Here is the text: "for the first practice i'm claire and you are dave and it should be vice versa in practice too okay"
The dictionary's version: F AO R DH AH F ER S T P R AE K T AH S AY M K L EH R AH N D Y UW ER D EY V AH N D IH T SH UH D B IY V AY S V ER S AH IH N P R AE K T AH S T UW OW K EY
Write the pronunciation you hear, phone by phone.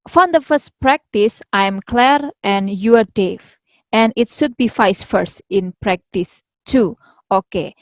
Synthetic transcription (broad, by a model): F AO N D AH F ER S T P R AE K T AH S AY M K L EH R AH N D Y UW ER D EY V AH N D IH T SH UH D B IY F AY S F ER S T IH N P R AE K T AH S T UW OW K EY